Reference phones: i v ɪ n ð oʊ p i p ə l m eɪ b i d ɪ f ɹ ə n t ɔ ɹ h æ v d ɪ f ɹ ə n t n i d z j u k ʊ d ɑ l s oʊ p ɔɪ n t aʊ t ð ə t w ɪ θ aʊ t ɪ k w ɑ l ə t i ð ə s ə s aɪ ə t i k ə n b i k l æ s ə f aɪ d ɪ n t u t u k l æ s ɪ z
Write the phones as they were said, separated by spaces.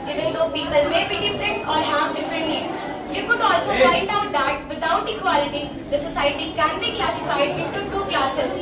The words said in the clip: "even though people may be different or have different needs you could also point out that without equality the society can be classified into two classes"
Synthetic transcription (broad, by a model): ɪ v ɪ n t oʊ p i p ə l m eɪ b i d ɪ f ɹ ə n t ɔ ɹ h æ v d ɪ f ɹ ə n t l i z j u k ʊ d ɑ l s oʊ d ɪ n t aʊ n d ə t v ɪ t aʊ t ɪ k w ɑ l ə t i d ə s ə s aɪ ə t i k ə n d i k l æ s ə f aɪ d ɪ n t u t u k l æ s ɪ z